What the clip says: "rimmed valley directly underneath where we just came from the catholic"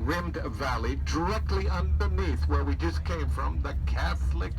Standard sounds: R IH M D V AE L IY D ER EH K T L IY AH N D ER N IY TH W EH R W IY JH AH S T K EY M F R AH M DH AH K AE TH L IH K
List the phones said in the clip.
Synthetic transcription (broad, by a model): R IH M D V AE L IY D ER EH K T L IY AH N D ER N IY TH W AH R W IY JH AH S K EY M F R AH M DH AH K AE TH L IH K